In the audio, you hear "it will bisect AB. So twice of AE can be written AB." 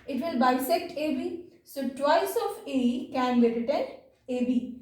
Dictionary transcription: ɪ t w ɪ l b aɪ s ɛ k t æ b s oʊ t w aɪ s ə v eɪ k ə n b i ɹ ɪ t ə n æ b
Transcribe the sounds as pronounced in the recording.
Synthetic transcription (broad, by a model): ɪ t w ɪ l b aɪ s ɛ k t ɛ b s oʊ t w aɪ s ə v eɪ k ə n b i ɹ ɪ t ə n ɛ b